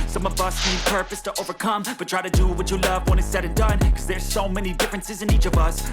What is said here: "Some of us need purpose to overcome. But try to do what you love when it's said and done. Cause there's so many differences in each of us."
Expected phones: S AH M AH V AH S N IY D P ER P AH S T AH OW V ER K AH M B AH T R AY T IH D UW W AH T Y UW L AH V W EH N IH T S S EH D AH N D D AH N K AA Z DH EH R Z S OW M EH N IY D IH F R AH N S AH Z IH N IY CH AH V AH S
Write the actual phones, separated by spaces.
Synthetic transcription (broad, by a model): S AH M AH V AH S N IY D P ER P AH S T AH OW V ER K AH M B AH T R AY T IH D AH W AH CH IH L AH V W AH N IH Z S S EH D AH N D D AH N K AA Z DH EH R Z S OW M EH N IY D IH F R AH N S AH Z IH N IY CH AH V AH S